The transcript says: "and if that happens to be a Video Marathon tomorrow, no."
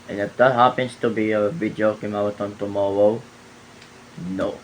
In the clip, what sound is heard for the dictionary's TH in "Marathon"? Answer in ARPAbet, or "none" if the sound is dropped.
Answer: T